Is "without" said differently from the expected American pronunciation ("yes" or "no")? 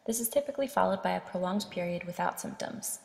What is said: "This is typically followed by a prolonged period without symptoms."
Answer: no